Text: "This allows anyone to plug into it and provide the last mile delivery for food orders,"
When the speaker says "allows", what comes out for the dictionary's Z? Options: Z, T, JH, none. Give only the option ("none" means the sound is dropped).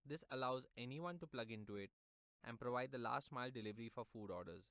Z